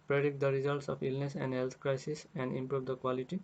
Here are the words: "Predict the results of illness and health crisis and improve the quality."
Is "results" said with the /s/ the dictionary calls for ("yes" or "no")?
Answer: yes